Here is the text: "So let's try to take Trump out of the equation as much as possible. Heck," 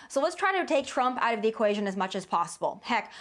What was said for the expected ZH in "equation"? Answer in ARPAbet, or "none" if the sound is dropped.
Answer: ZH